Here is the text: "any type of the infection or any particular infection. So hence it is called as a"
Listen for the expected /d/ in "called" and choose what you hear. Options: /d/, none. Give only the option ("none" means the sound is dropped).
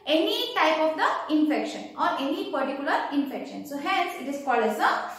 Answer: none